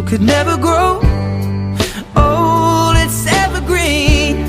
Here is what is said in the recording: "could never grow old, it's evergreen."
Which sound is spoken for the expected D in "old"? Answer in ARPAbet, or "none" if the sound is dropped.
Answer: none